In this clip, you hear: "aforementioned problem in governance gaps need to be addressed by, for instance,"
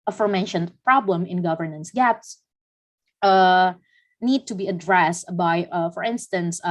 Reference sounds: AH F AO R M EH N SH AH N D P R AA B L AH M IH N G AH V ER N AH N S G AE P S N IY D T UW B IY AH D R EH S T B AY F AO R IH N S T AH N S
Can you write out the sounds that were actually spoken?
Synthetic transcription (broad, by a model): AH F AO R M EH N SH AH N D P R AA B L AH M IH N G AH V ER N AH N S G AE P S N IY D T UW B IY AH D R EH S T B AY F AO R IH N S T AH N S